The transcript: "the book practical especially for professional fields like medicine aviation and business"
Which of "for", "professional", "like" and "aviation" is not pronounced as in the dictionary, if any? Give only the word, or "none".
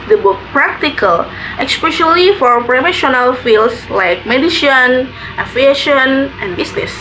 aviation